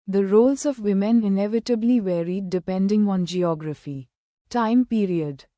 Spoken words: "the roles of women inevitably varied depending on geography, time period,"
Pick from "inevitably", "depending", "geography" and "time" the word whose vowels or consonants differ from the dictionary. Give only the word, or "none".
none